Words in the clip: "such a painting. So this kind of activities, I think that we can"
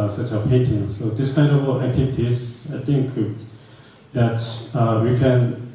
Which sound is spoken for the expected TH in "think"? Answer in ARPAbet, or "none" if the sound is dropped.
T